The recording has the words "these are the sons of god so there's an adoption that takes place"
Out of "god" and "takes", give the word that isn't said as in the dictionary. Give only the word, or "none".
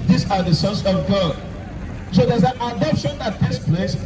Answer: none